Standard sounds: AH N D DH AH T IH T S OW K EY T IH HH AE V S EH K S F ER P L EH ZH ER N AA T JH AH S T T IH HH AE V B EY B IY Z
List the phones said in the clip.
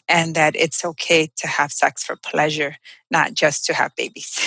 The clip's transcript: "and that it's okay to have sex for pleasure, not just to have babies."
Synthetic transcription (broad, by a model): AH N DH AH T IH T S OW K EY T IH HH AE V S EH K S F ER P L EH ZH ER N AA T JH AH S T T IH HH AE V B EY B IY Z